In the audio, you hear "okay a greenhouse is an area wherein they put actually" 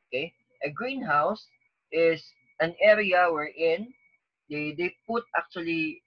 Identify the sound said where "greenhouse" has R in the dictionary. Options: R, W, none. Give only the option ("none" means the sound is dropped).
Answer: R